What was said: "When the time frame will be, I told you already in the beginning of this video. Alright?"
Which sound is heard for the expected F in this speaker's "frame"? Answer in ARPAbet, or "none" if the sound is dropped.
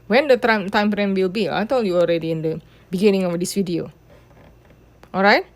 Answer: P